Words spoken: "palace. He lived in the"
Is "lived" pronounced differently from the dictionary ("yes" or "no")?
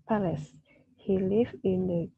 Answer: yes